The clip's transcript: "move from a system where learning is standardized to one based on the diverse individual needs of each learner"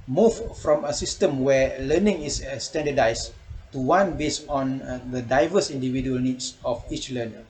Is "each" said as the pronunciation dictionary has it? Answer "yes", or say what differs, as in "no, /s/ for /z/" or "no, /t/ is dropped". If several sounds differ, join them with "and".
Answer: yes